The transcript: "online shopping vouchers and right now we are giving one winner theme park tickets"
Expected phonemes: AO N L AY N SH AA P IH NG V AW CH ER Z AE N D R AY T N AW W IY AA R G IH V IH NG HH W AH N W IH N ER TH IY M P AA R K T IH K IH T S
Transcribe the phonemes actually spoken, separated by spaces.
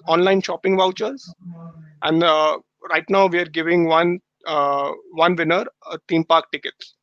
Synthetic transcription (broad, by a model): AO N L AY N SH AA P IH NG V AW CH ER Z AE N D R AY T N AW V IY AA R G IH V IH NG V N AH N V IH N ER T IY M P AA R K T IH K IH T S